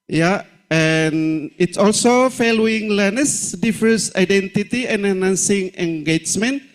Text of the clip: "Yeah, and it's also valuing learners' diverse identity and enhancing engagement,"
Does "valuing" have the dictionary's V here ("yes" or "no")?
no